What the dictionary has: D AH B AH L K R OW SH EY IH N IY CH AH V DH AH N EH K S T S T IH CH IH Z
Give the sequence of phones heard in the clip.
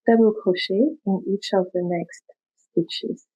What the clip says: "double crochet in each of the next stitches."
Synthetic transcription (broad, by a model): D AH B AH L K OW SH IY IH N IY CH AH V DH AH N EH K S T S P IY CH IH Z